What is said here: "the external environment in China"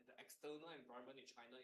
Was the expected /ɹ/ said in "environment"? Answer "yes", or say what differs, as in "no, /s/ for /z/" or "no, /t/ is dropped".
no, /ɹ/ is dropped